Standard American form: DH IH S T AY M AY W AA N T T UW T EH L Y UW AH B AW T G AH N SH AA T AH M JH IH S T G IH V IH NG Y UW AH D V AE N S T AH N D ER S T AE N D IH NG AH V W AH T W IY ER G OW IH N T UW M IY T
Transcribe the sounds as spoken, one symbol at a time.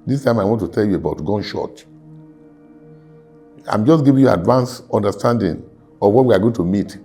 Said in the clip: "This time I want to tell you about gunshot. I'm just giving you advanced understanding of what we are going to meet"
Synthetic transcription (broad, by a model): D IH S T AY M AY W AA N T T UW T EH L Y UW AH B AW T G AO N SH AA T AH M JH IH S G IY V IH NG Y UW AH D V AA N S AO N D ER S T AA N D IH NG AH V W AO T W IY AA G OW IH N T UW M IY T